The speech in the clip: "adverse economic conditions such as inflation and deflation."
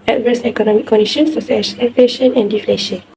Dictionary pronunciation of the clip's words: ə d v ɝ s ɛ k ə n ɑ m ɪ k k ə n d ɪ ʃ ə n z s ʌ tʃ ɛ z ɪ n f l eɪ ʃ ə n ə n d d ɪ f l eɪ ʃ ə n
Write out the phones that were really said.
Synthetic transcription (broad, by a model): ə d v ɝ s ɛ k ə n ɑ m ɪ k k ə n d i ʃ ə n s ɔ s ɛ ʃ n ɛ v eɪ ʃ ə n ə n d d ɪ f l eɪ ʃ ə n